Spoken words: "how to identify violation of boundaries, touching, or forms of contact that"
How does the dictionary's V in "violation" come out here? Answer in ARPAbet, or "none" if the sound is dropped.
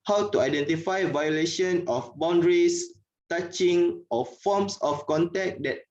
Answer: V